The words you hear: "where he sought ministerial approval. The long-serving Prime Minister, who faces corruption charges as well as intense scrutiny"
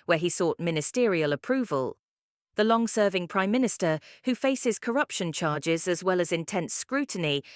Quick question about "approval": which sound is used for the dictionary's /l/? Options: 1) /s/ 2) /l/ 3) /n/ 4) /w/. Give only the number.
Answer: 2